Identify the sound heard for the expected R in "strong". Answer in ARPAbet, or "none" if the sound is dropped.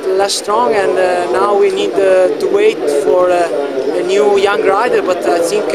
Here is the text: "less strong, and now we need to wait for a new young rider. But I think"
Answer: R